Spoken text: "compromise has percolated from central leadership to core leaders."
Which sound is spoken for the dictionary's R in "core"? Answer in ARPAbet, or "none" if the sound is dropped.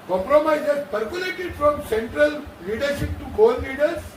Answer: L